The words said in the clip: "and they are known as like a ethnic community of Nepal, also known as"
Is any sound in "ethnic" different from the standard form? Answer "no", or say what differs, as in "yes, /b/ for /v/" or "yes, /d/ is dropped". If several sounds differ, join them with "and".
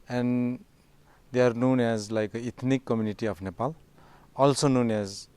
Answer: yes, /t/ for /θ/